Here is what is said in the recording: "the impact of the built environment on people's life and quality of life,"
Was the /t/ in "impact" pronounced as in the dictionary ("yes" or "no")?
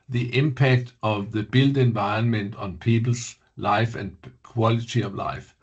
yes